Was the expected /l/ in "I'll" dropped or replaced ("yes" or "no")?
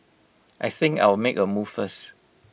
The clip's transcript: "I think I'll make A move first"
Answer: yes